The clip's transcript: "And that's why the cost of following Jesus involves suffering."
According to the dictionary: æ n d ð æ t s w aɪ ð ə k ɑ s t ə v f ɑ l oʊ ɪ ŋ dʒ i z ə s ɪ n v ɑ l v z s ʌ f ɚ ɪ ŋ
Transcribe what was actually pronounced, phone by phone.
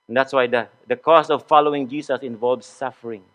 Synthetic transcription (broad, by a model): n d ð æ t s w aɪ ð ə k ɑ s ə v f ɑ l oʊ ɪ ŋ dʒ i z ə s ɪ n v ɑ l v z s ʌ f ɚ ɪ ŋ